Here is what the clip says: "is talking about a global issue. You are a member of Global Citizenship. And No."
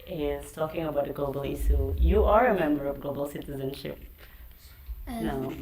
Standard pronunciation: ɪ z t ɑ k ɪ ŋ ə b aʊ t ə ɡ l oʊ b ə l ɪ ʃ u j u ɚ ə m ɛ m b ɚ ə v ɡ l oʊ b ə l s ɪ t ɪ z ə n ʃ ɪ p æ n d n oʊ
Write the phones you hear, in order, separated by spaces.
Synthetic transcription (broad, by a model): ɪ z t ɑ k ɪ ŋ ə b aʊ t ə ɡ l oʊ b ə l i s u j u ɚ ə m ɛ m b ɚ ə v ɡ l oʊ b ə l s ɪ t ɪ z ə n ʃ ɪ p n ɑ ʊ